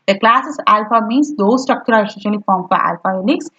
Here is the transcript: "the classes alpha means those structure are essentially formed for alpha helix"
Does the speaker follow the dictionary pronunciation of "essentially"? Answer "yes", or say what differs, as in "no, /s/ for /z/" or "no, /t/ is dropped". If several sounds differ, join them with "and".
no, /n/ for /l/